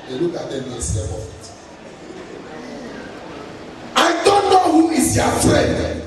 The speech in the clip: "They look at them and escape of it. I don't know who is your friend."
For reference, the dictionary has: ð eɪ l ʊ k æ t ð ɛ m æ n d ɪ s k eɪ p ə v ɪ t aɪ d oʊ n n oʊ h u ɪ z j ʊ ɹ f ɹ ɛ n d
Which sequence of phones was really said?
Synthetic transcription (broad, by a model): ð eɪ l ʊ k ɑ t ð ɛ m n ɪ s eɪ b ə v ɪ t aɪ d oʊ n n oʊ h u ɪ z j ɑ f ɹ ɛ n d